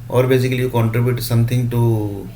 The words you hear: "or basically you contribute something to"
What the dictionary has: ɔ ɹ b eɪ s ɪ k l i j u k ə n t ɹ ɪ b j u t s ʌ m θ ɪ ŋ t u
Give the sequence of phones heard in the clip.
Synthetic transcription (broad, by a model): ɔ ɹ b eɪ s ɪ k i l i k ə n t ɹ ɪ b j u t s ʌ m t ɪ ŋ t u